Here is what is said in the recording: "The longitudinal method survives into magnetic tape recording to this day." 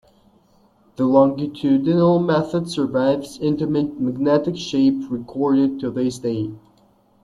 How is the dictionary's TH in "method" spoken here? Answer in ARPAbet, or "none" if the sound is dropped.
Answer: TH